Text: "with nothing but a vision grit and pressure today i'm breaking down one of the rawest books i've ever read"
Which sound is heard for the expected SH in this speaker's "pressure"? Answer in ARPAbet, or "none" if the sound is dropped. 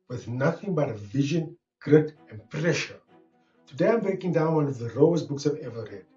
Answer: SH